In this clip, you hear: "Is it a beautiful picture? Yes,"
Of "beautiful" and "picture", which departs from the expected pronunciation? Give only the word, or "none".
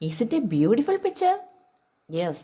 picture